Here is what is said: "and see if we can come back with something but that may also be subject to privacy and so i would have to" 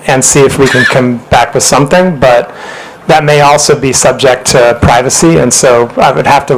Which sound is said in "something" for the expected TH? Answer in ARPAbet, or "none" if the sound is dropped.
TH